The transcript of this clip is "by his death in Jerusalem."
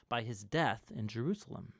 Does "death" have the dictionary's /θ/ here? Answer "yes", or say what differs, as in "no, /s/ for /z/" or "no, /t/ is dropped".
yes